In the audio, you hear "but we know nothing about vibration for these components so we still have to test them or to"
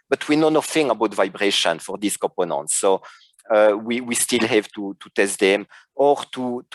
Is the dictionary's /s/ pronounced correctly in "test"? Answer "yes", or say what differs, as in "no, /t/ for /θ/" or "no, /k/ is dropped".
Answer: yes